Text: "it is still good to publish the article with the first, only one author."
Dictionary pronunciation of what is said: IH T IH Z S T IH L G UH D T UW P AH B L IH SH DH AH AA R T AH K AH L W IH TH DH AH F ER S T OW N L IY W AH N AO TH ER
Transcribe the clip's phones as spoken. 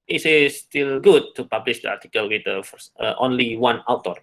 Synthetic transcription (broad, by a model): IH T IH S T IH L G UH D T UW P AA B L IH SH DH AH AA R T AH K AH L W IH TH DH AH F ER T OW N L IY W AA N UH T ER